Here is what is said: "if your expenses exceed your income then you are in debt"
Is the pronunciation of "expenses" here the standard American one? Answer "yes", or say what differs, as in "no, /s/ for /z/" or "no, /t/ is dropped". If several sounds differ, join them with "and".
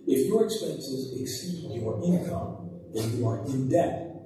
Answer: yes